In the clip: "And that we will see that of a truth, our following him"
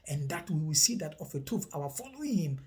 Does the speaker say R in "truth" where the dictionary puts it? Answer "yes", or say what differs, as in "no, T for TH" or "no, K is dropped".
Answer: no, R is dropped